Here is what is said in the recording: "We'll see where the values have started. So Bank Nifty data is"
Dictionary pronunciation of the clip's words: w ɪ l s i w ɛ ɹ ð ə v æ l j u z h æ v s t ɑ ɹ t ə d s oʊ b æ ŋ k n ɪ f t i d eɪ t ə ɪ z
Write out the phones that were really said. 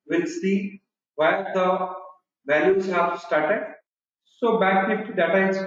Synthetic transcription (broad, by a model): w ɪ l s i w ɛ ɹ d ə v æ l j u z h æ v s t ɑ ɹ t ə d s oʊ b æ k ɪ t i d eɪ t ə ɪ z